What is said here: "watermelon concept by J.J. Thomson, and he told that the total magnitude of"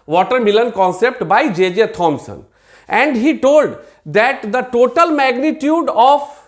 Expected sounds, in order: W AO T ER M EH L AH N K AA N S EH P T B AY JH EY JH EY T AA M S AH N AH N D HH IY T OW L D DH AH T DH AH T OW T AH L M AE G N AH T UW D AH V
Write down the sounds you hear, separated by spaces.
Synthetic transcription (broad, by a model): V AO T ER M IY L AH N K AA N S EH P T B AY JH EY JH EY T AA M S AH N AH N D HH IY T OW L D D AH T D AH T OW T AH L M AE G N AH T UW D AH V